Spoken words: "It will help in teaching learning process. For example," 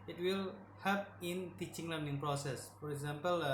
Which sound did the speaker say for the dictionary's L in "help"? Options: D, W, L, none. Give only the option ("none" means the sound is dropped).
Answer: none